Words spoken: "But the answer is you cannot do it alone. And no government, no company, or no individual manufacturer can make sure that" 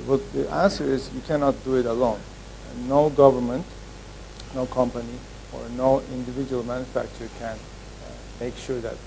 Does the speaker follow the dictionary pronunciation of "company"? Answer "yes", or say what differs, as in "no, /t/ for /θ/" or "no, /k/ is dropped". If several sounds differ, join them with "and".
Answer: yes